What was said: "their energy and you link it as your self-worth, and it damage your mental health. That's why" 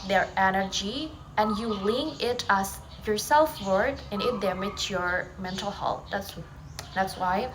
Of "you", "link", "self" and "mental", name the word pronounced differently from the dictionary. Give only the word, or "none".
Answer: link